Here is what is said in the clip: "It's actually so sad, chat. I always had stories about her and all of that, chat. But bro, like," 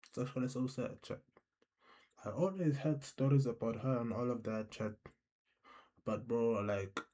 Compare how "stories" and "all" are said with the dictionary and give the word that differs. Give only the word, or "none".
none